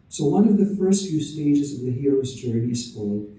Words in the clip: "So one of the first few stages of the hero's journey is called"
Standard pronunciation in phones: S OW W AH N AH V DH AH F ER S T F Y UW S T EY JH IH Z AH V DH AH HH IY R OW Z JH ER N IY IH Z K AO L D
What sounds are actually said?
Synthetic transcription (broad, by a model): S OW W AH N AH V DH AH F ER S T F Y UW S T EY JH IH Z AH V DH AH HH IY R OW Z JH ER N IY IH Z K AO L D